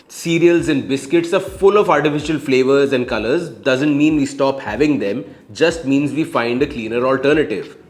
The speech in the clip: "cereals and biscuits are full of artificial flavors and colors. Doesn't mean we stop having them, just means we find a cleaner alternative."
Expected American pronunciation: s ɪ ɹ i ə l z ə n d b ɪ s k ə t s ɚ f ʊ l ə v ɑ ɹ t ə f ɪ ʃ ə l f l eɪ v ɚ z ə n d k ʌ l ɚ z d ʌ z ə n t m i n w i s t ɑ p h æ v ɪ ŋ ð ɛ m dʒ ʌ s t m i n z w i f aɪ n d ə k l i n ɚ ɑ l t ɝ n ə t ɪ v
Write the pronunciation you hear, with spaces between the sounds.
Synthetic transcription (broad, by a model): s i ɹ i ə l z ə n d b ɪ s k ə t s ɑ f ʊ l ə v ɑ ɹ t ə f ɪ ʃ ə l f l eɪ v ɚ z ə n d k ʌ l ɚ z d ʌ z ə n t m i n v i s t ɑ p h æ v ɪ ŋ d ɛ m dʒ ʌ s t m i n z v i f aɪ n d ə k l i n ɚ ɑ l t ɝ n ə t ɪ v